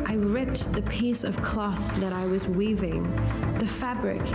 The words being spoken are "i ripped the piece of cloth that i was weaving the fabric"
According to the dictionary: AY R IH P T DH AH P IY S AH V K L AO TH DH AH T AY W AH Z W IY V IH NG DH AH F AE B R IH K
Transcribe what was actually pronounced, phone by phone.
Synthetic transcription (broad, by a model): AY R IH P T DH AH P IY S AH V K L AO TH DH AH T AY W AH Z W IY V IH NG DH AH F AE B R IH K